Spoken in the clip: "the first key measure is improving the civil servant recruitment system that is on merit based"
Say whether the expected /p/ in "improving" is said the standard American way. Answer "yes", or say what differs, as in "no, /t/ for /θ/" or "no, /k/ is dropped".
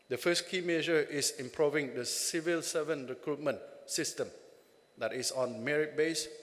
yes